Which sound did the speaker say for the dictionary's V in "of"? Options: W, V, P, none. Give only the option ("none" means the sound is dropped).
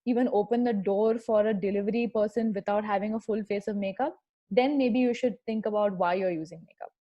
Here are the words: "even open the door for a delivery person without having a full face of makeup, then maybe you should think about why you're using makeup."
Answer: V